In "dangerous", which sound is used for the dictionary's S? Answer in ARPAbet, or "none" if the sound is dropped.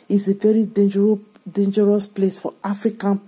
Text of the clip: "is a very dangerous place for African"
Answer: S